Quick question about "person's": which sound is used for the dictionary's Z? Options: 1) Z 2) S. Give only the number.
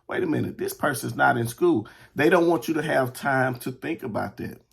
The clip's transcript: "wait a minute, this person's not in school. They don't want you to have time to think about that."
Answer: 1